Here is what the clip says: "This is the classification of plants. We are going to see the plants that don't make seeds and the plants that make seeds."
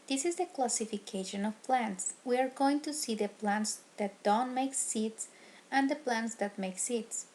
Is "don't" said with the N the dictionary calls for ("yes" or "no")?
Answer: yes